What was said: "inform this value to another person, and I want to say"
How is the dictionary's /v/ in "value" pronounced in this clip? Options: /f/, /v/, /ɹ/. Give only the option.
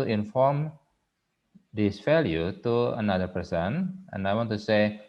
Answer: /f/